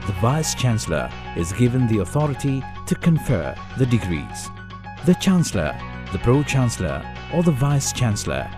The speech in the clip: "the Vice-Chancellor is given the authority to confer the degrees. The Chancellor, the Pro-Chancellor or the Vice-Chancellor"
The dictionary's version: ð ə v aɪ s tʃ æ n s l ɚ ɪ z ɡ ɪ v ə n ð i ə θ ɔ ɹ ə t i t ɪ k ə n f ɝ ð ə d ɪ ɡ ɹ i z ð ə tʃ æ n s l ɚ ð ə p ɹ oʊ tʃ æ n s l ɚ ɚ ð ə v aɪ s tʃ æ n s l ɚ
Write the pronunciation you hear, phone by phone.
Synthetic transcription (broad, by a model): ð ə v aɪ s tʃ æ n s l ɚ ɪ z ɡ ɪ v ə n ð i ə θ ɔ ɹ ə t i t ɪ k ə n f ɝ ð ə d ɪ ɡ ɹ i z ð ə tʃ æ n s l ɚ ð ə p ɹ oʊ tʃ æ n s l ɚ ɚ ð ə v aɪ s tʃ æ n s l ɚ